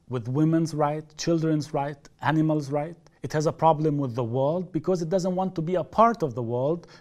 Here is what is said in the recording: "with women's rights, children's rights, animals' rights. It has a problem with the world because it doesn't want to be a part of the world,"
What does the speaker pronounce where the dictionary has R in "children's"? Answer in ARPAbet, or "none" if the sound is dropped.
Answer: R